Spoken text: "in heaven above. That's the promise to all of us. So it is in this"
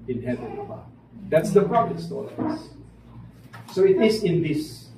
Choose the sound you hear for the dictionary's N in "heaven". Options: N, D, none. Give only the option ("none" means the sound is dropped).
none